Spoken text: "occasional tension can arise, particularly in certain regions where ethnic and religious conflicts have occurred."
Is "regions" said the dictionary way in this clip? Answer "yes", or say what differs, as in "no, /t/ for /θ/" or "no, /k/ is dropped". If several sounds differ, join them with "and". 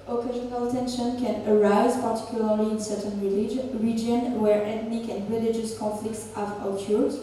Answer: no, /z/ is dropped